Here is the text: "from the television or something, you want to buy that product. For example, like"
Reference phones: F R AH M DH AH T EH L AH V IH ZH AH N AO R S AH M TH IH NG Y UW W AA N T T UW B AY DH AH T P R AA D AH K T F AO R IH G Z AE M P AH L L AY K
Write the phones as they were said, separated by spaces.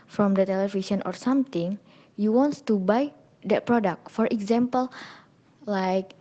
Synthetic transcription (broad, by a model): F R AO M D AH T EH L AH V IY SH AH N AO R S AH M T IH NG Y UW W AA N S T UW B AY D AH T P R AA D AH K T F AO R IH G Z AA M P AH L L AY K